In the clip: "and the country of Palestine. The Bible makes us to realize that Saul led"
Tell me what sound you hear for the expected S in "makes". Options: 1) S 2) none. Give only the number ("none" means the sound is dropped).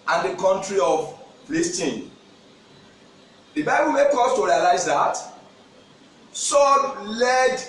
2